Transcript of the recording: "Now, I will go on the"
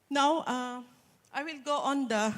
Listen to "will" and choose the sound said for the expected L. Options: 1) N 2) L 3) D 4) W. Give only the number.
2